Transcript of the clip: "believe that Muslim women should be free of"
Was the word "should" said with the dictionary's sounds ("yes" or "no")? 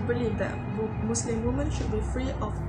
yes